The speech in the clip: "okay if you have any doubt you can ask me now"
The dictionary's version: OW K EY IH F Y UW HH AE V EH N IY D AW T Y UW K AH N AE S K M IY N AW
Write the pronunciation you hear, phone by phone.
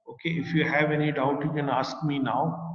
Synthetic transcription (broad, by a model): OW K EY IH F Y UW HH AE V EH N IY D AW T Y UW K AH N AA S K M IY N AW